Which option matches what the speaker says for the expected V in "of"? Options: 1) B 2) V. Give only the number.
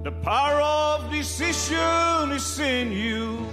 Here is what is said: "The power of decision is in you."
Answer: 2